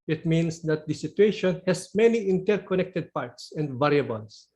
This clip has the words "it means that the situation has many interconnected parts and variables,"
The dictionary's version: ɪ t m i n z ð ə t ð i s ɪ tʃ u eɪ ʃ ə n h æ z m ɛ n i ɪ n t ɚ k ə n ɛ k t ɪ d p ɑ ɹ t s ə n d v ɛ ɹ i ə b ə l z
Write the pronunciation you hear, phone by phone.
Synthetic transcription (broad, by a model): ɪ t m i n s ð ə t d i s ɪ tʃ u eɪ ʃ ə n h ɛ s m ɛ n i ɪ n t ɚ k ə n ɛ k t ɪ d p ɑ ɹ t s ə n d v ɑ ɹ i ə b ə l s